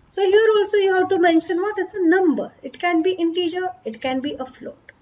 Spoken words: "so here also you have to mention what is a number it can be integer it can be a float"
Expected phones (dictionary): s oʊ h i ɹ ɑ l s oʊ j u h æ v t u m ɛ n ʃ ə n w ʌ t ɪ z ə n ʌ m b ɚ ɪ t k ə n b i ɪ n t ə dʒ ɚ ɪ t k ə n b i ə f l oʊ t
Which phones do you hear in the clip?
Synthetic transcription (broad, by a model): s oʊ h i ɹ ɑ l s oʊ j u h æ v t u m ɛ n ʃ ə n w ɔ t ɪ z ə n ʌ m b ɚ ɪ t k ə n b i ɪ n t ə dʒ ɚ ɪ t k ə n b i ə f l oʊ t